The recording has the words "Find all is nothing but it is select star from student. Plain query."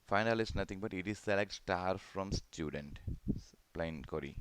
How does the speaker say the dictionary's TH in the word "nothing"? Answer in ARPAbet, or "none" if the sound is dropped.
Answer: T